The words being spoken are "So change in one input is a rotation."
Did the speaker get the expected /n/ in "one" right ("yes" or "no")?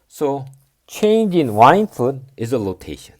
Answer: no